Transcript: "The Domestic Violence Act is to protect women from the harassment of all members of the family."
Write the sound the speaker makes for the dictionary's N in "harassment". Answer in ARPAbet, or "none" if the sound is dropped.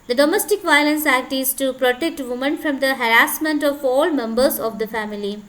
N